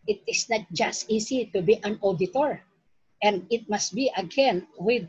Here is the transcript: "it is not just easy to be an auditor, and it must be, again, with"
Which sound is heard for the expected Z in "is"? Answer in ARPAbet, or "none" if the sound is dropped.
S